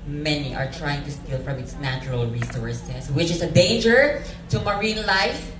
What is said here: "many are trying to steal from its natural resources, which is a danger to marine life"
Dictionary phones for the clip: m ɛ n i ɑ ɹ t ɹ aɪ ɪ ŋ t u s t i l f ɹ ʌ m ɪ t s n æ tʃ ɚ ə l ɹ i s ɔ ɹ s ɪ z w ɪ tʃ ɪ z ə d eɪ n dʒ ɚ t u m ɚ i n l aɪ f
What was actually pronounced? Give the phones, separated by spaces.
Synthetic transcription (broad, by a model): m ɛ n i ɑ ɹ t ɹ aɪ ɪ ŋ t u s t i l f ɹ ʌ m ɪ t s n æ tʃ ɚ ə l ɹ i s ɔ ɹ s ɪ s w ɪ tʃ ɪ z ə d eɪ n dʒ ɚ t u m ɚ i n l aɪ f